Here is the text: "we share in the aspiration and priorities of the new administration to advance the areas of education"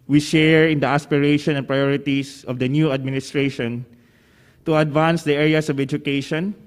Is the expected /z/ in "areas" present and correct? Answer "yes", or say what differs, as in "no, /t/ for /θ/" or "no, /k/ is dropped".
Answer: no, /s/ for /z/